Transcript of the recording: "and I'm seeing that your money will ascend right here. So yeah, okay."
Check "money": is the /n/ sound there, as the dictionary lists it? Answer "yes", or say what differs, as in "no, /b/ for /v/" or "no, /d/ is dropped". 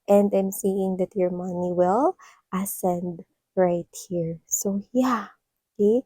yes